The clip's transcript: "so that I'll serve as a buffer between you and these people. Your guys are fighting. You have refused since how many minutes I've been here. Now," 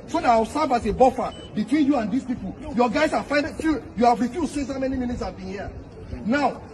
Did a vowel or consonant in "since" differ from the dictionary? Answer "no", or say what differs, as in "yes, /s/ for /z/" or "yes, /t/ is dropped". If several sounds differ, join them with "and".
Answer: yes, /n/ is dropped